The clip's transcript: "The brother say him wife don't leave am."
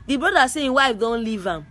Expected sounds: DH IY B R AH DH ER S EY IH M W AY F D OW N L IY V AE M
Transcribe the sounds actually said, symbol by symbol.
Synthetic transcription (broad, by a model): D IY B R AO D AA S EY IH W AY F D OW N L IY V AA M